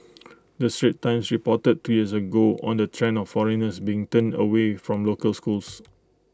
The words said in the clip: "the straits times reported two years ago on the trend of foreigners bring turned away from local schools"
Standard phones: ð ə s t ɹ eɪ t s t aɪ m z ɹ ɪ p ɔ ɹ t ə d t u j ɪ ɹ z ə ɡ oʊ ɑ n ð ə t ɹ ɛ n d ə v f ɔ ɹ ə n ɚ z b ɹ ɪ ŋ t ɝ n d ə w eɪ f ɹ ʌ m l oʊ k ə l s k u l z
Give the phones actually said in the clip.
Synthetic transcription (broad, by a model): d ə s t ɹ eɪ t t aɪ m s ɹ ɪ p ɔ t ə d t u j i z ə ɡ oʊ ɑ n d ə t ɹ ɛ n ə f ɔ ɹ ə n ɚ s b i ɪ ŋ t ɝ n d ə w eɪ f ɹ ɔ m l oʊ k ə l s k u l s